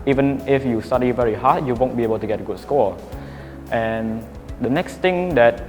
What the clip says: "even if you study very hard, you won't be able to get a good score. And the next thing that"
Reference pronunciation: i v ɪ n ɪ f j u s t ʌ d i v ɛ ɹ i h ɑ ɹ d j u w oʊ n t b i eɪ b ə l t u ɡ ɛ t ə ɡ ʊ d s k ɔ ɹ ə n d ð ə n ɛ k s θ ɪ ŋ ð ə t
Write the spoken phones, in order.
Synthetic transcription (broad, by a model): i v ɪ n ɪ f j u s t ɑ d i v ɛ ɹ i h ɑ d j u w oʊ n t b i eɪ b ə l t u ɡ ɛ t ə ɡ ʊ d s k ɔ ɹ ə n d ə n ɛ k s t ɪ ŋ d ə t